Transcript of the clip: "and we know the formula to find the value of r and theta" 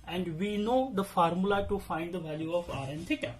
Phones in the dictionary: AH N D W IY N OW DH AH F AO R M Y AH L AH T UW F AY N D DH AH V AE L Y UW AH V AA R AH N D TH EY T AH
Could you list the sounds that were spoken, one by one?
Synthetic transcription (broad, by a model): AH N D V IY N OW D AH F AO R M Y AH L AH T UW F AY N D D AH V AE L Y UW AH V AA R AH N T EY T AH